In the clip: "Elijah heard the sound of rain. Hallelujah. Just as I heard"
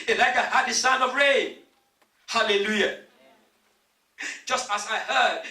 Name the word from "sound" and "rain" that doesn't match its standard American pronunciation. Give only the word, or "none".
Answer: sound